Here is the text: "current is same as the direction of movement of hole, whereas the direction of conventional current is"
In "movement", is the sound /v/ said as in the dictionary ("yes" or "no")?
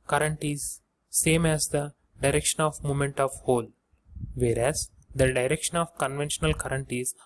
no